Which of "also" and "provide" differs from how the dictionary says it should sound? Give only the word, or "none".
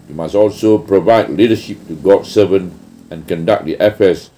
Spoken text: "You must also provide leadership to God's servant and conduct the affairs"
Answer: none